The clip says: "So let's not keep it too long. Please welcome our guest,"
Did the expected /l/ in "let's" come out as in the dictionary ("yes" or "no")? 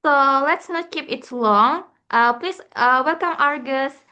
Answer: yes